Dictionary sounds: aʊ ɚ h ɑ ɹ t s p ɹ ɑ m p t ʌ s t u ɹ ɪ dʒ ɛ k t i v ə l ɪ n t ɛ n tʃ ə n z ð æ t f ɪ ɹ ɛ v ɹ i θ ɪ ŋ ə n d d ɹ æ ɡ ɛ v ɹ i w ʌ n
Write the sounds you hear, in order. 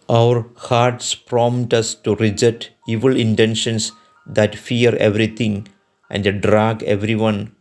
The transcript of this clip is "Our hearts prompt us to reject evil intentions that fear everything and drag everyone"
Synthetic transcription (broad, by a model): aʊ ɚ h ɑ ɹ t s p ɹ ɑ m t ʌ s t u ɹ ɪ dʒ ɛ t i v ə l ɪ n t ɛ n ʃ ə n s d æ t f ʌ ɹ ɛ v ɹ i t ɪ ŋ ə n d d ɹ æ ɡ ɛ v ɹ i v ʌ n